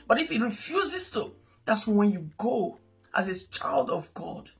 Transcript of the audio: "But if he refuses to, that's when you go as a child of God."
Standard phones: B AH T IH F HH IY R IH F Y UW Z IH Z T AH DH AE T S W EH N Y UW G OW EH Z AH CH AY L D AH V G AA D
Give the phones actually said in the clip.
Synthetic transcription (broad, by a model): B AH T IH F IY R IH F Y UW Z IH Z T AH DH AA T S W EH N Y UW G OW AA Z AH CH AY L D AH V G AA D